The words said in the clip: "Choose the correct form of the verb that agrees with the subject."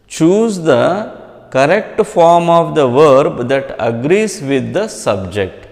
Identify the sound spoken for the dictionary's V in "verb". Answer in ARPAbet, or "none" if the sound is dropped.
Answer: V